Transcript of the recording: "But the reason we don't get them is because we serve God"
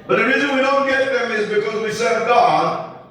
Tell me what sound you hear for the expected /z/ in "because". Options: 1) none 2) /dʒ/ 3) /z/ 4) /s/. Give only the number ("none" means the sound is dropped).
3